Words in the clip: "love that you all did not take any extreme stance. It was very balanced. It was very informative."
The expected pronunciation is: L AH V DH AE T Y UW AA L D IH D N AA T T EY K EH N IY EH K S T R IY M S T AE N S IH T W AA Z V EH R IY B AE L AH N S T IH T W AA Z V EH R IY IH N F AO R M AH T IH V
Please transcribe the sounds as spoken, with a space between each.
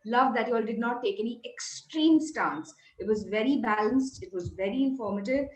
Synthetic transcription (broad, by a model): L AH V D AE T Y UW AA L D IH D N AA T T EY K EH N IY EH K S T R IY M S T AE N S IH T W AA Z V EH R IY B AE L AH N S T IH T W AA Z V EH R IY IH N F AO R M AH T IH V